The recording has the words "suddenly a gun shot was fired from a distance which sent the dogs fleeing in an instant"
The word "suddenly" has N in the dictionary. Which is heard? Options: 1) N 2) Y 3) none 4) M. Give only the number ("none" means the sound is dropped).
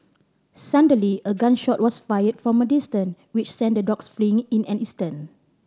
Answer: 3